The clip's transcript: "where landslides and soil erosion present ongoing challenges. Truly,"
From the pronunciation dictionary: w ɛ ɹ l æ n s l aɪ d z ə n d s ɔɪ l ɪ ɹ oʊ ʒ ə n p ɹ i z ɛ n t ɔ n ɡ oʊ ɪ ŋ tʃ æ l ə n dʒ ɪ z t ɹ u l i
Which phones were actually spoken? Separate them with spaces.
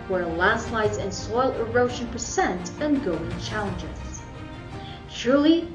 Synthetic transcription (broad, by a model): w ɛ ɹ l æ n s l aɪ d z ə n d s ɔɪ l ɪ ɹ oʊ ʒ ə n p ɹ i s ɛ n t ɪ n ɡ oʊ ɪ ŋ tʃ æ l ə n dʒ ɪ z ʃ ɹ l i